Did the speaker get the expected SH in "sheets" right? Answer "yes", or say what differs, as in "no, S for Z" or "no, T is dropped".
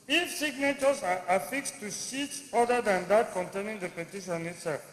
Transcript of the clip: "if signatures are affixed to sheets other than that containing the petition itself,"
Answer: no, S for SH